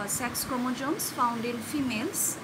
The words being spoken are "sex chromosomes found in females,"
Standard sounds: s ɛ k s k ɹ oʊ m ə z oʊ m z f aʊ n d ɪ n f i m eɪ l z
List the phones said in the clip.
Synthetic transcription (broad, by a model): s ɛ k s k oʊ m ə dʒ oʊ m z f aʊ n d ɪ n f i m eɪ l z